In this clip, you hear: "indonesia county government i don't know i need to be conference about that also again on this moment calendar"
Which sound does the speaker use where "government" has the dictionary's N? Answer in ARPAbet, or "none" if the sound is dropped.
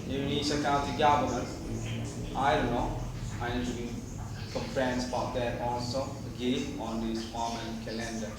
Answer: none